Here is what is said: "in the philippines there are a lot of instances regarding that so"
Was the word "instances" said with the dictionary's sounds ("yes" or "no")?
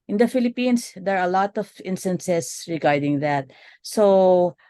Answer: no